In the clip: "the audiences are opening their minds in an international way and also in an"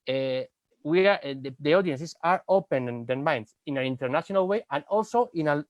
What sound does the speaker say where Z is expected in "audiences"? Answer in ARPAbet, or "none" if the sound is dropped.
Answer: S